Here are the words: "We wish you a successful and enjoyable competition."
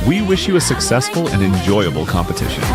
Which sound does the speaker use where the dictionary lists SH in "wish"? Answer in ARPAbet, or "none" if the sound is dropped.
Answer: SH